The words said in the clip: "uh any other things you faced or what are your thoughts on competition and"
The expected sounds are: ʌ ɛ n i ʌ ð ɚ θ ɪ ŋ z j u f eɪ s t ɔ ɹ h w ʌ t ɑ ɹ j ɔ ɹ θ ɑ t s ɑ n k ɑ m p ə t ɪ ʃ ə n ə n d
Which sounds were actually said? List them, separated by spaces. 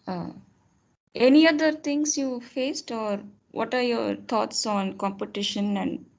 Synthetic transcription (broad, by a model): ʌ ɛ n i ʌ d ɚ t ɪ ŋ s j u f eɪ s t ɔ ɹ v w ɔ t ɑ ɹ j ɔ ɹ t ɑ t s ɑ n k ɑ m p ə t ɪ ʃ ə n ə n d